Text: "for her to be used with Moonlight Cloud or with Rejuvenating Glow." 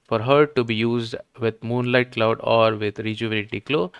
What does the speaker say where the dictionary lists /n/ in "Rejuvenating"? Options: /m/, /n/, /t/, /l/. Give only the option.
/l/